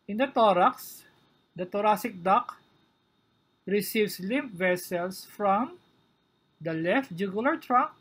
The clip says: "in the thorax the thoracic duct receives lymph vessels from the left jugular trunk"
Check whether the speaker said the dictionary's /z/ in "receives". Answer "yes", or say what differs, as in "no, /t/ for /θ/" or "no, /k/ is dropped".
no, /s/ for /z/